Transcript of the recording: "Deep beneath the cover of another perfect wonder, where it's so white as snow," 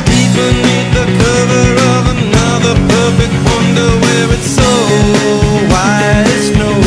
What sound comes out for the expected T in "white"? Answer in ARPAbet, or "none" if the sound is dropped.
none